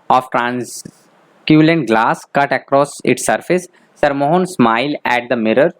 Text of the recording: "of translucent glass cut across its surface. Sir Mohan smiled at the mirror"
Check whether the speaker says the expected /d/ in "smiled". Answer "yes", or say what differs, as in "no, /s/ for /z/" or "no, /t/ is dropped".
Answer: no, /d/ is dropped